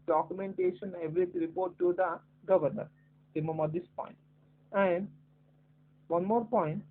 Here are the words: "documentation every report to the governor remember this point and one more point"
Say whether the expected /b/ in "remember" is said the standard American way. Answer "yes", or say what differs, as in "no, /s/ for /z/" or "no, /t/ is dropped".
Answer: no, /b/ is dropped